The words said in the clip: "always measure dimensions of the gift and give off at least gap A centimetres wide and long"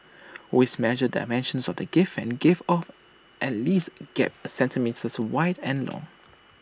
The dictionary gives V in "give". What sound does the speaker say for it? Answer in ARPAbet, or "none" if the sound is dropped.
F